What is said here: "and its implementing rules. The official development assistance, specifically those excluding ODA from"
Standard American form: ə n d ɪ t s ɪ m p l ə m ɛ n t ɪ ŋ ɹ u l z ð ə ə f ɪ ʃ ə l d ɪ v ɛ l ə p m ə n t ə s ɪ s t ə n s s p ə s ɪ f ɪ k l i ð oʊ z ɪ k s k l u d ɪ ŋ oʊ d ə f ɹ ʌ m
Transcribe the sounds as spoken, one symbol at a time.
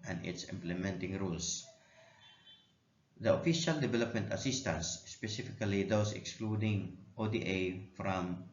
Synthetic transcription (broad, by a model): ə n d ɪ t s ɪ m p l ə m ɛ n t ɪ ŋ ɹ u l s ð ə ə f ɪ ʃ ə l d ɪ v ɛ l ə p m ə n t ə s ɪ s t ə n s s p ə s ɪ f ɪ k l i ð oʊ s ɪ k s k l u d ɪ ŋ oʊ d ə f ɹ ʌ m